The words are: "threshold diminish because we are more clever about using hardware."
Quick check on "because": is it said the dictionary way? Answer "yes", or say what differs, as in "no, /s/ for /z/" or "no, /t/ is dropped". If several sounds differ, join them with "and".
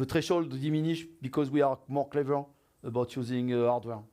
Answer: yes